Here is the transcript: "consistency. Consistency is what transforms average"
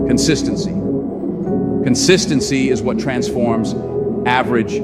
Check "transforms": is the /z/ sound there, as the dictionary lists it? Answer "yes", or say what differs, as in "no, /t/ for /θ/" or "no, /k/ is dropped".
yes